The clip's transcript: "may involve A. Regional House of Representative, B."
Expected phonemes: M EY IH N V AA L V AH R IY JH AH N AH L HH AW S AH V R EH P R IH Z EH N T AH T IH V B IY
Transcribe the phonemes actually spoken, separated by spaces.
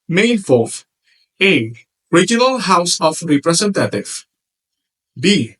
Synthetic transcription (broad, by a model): M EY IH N F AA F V AH R IY JH AH N AH L HH AW S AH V R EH P R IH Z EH N T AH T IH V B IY